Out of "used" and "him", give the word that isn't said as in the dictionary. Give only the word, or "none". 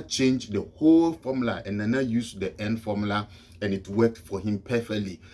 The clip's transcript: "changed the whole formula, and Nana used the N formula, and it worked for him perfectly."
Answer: used